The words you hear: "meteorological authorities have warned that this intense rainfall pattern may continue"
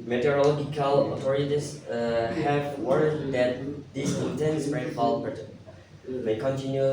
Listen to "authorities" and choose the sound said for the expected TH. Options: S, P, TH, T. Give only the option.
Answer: T